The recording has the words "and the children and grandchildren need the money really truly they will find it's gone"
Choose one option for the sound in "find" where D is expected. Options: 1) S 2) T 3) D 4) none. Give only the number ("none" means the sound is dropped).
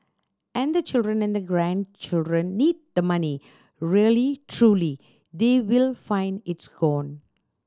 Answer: 3